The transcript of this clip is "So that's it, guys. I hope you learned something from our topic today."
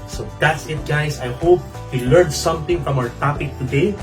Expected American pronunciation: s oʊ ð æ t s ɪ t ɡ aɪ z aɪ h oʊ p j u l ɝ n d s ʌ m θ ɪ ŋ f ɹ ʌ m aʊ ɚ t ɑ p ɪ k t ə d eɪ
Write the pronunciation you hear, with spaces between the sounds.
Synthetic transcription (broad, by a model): s oʊ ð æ t s ɪ t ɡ aɪ s aɪ h oʊ p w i l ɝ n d s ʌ m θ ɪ ŋ f ɹ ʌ m aʊ ɚ t ɑ p ɪ k t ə d eɪ